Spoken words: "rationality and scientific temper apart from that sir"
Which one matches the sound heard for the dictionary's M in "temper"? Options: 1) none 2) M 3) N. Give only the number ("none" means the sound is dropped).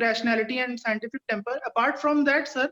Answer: 2